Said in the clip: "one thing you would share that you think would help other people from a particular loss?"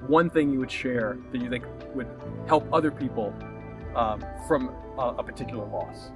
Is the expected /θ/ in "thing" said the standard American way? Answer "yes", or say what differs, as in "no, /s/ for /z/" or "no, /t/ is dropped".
yes